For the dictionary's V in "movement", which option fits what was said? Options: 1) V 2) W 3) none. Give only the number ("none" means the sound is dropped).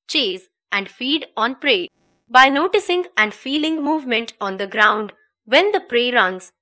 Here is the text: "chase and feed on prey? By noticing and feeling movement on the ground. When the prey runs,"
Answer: 1